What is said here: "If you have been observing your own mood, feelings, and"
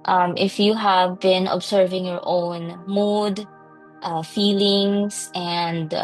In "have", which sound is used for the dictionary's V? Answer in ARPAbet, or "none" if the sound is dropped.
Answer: V